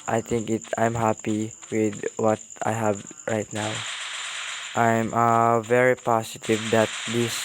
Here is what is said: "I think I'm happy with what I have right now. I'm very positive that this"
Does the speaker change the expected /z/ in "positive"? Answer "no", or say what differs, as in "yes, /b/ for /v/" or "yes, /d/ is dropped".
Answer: yes, /s/ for /z/